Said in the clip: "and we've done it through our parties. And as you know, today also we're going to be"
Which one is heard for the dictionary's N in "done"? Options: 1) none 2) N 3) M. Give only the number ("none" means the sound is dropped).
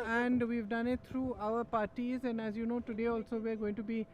2